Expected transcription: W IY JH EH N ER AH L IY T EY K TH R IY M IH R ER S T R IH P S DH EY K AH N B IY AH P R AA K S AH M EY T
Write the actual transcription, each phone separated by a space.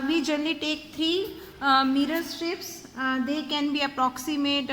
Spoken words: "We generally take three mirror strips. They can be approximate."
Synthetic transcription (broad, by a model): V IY JH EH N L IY T EY K T R IY M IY R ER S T IH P S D EY K AH N B IY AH P R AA K S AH M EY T